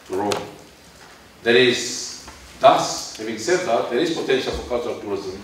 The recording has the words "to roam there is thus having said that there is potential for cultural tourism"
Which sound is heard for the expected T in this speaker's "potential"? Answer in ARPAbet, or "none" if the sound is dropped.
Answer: T